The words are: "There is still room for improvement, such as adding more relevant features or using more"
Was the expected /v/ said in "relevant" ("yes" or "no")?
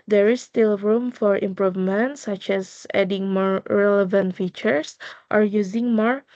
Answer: yes